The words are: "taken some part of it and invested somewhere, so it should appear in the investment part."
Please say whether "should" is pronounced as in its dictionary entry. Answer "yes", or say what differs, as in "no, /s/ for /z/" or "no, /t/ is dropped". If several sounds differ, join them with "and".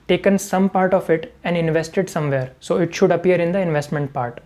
yes